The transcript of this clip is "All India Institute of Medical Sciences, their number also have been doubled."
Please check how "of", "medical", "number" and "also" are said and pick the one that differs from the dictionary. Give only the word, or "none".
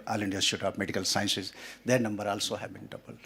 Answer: of